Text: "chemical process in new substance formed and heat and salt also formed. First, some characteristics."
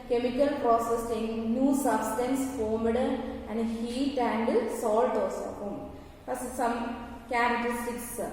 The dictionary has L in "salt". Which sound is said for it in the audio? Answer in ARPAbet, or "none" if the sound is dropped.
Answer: L